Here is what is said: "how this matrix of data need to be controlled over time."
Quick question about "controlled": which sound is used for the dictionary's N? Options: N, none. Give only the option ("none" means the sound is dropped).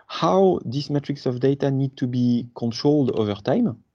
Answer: N